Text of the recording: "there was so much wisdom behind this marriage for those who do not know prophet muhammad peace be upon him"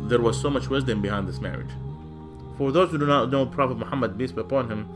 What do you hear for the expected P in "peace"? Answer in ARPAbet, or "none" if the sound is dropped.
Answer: B